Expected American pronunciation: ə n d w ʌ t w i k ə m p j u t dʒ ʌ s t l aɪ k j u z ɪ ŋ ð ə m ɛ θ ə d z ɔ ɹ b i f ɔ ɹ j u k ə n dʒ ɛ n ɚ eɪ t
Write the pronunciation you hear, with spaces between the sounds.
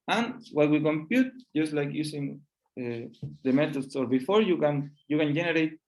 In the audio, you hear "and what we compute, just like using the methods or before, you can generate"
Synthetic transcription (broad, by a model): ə n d w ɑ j w i k ə m p j u t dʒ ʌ s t l aɪ k j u s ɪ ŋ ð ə m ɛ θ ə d s ɔ ɹ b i f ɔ ɹ j u k ə n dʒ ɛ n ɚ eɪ t